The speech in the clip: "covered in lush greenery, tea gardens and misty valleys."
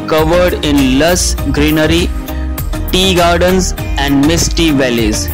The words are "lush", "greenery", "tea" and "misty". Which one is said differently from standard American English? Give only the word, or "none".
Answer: lush